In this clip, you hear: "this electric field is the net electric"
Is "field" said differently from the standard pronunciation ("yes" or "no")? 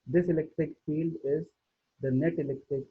no